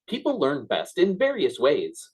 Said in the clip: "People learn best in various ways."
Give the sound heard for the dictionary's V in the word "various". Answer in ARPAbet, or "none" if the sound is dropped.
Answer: V